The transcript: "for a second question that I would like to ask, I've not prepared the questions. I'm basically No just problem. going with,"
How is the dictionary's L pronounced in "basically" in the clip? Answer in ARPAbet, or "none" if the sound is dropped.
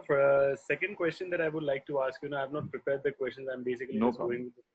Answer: none